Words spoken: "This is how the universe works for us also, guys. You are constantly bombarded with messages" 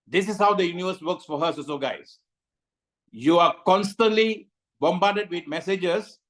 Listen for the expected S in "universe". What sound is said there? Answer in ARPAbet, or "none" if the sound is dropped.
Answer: S